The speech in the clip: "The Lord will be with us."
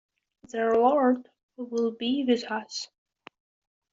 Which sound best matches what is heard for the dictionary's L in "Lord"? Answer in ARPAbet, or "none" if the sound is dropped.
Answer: W